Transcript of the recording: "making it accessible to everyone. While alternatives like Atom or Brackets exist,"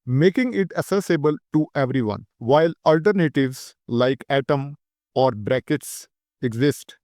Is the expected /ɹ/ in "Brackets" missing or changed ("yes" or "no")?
no